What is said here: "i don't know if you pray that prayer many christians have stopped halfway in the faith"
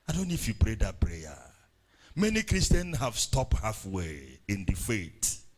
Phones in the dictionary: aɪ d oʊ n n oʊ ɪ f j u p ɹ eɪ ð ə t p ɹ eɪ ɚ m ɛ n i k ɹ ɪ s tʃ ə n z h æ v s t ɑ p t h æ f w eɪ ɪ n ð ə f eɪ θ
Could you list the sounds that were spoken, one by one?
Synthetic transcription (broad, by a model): aɪ d oʊ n n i ɪ f j u p ɹ eɪ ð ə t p ɹ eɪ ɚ m ɛ n i k ɹ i s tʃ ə n h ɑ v s t ɑ p t h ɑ f w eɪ ɪ n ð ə f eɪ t